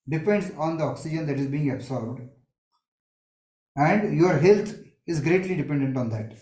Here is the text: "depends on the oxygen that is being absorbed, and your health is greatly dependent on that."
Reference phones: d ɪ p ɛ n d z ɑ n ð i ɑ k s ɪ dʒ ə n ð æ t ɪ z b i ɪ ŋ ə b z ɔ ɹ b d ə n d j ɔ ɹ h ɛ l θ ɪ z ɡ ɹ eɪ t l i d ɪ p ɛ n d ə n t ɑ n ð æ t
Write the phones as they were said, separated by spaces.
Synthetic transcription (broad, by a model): d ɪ p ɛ n d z ɑ n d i ɑ k s ɪ dʒ ə n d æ t ɪ z b i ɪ ŋ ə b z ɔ ɹ b d ə n d j ɔ ɹ h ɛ l t ɪ z ɡ ɹ eɪ t l i d ɪ p ɛ n d ə n t ɑ n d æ t